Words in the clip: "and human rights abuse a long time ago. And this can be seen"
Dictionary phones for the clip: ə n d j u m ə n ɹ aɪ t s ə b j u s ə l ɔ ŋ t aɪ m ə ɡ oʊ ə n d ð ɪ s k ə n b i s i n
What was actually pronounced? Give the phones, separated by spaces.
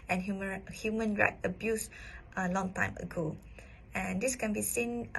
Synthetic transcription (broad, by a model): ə n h j u m ə n ɹ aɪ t ə b j u s ə l ɔ ŋ t aɪ m ə ɡ oʊ ə n d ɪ s k ə n b i s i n